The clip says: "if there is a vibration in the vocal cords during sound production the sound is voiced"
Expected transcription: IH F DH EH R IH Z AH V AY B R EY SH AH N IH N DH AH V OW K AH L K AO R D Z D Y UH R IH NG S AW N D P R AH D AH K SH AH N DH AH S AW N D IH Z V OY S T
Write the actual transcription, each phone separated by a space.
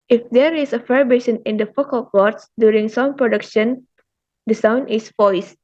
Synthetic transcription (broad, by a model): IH F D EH R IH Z AH F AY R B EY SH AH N IH N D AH F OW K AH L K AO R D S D Y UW R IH NG S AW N P R AH D AH K SH AH N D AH S AW N D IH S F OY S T